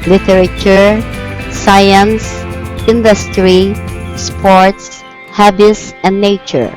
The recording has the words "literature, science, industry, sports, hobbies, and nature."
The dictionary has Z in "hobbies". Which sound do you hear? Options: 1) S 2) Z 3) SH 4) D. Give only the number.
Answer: 1